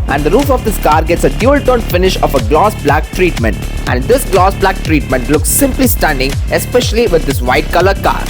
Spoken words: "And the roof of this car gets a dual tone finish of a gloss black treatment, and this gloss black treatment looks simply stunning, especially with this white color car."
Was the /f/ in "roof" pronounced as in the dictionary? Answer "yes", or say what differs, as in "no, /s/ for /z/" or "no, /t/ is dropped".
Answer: yes